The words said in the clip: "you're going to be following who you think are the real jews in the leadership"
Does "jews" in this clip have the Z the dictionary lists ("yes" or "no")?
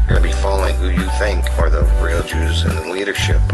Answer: yes